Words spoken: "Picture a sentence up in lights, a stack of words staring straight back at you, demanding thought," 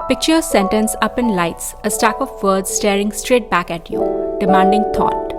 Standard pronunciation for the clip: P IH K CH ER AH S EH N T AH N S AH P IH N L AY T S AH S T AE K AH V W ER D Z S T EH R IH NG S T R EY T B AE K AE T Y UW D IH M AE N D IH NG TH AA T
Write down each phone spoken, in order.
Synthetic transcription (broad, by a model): P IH K CH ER AH S EH N T AH N S AH P IH N L AY T S AH S T AE K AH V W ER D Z S T EH R IH NG S T R EY T B AE K AE T Y UW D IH M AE N D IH NG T AA T